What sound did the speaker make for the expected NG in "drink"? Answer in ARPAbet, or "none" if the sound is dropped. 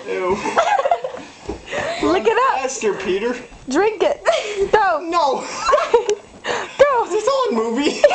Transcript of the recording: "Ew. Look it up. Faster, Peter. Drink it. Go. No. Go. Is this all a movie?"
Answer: NG